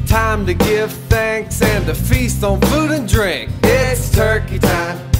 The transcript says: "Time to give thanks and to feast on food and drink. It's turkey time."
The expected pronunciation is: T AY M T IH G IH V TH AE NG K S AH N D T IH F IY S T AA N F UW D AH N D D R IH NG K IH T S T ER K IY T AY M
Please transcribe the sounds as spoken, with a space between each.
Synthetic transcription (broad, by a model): T AY M T IH G IH V TH AE NG K S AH N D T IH F IY S T N F UW D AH N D D R IH NG K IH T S T ER K IY T AY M